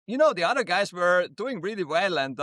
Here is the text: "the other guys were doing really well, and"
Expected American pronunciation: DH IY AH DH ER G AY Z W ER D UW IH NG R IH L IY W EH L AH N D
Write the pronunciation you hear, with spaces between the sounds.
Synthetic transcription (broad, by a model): DH IY AH DH ER G AY Z W ER D UW IH NG R IH L IY W EH L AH N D